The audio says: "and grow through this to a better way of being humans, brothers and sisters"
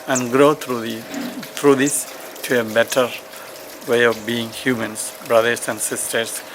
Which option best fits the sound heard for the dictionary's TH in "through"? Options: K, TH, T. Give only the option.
T